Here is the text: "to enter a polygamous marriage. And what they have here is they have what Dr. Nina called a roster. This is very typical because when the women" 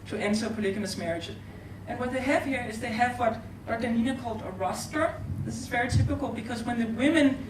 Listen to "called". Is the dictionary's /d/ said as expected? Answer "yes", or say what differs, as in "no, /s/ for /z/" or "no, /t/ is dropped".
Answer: yes